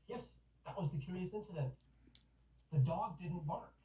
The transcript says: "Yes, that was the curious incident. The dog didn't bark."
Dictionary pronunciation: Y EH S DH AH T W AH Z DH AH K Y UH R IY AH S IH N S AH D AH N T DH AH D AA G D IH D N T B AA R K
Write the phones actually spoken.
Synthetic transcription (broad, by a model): Y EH S DH AH T W AH Z DH AH K Y UH R IY AH S IH N S AH D AH N T DH AH D AA G D IH D N T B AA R